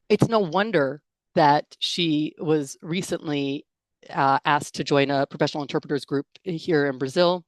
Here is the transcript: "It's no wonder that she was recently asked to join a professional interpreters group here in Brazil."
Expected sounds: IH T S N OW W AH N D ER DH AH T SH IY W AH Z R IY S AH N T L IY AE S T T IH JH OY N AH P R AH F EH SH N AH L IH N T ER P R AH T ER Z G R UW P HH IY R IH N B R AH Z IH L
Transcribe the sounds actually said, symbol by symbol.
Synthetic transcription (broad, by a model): IH T S N OW W AH N D ER DH AH T SH IY W AH Z R IY S AH N T L IY AE S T T IH JH OY N AH P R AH F EH SH N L IH N T ER P R AH T ER Z G R UW P HH IY R IH N B R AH Z IH L